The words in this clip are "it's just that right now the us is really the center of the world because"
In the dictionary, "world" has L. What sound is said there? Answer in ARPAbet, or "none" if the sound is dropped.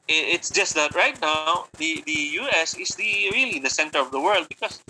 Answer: L